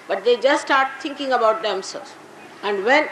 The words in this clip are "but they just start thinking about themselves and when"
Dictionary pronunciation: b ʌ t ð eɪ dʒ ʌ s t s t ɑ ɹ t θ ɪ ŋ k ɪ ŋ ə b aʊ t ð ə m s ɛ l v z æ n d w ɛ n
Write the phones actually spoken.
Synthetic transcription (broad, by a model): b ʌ t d eɪ dʒ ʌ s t s t ɑ ɹ t t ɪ ŋ k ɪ ŋ ə b aʊ t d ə m s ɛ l z æ n d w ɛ n